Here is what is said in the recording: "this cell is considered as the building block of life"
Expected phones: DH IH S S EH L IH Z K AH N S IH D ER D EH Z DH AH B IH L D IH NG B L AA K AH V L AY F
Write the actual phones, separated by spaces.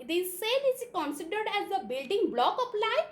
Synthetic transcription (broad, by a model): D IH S S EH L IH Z K AH N S IH D ER D EH Z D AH B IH L D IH NG B L AA K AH P L AY